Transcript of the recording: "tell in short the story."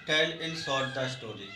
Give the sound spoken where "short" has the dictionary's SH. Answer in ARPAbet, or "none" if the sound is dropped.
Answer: S